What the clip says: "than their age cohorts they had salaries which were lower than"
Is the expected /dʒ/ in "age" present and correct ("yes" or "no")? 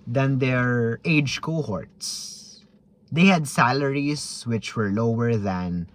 yes